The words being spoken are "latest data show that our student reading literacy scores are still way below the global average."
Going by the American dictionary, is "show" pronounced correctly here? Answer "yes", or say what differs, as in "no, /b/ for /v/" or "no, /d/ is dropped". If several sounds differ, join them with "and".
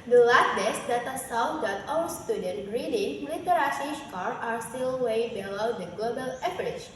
no, /s/ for /ʃ/